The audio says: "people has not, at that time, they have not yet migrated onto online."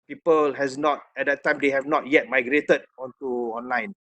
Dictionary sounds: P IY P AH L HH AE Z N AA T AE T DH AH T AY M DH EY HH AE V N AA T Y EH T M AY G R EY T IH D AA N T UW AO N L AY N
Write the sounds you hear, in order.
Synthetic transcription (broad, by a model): P IY P AH L HH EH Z N AA T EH T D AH T AY M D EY HH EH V N AA T Y EH T M AY G R EY T IH D AA N T UW AO N L AY N